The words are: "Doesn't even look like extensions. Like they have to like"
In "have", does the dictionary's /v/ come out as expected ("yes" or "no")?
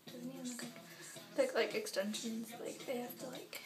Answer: no